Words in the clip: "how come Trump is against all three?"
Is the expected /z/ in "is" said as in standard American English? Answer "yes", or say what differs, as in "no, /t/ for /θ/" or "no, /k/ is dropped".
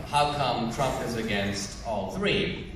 yes